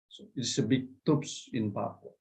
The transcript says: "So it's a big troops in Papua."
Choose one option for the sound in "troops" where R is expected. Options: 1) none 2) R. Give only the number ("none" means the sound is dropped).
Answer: 1